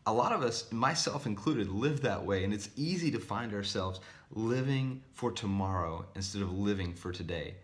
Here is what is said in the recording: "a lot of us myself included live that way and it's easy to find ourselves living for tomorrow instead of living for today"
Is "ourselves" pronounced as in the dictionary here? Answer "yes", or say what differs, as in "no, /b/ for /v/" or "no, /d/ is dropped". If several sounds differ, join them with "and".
yes